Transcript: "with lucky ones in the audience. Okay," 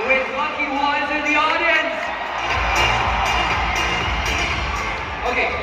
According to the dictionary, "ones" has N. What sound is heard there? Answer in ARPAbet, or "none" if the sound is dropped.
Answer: none